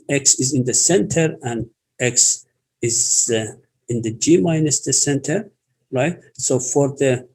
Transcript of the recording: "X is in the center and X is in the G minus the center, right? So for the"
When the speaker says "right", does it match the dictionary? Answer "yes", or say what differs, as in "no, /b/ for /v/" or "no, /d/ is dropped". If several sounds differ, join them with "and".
yes